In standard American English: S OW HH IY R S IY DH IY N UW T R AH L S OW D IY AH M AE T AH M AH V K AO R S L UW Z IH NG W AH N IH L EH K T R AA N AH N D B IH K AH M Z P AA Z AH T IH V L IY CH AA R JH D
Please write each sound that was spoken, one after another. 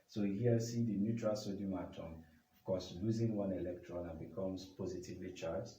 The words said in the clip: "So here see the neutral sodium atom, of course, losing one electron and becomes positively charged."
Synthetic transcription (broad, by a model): S OW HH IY S IY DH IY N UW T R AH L S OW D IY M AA T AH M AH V K AO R S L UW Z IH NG W AH N IH L EH K T R AA N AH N B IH K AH M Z P AA Z AH T IH V L IY CH AA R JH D